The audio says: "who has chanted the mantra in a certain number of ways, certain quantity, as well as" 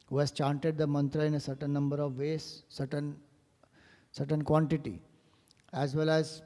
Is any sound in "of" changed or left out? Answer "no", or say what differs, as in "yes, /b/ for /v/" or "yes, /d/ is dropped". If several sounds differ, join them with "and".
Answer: no